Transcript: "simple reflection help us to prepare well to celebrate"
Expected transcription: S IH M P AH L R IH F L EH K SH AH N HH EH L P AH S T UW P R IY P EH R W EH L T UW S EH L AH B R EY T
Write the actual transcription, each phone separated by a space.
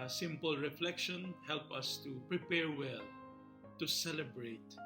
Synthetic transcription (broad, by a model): S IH M P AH L R IH F L EH K SH AH N HH EH L P AH S T UW P R IY P EH R W EH L T UW S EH L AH B R EY T